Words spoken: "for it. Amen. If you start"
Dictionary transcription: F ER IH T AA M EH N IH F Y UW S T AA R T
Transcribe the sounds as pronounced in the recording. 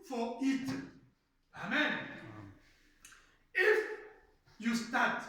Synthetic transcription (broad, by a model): F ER IH T AA M EH N IH F Y UW S T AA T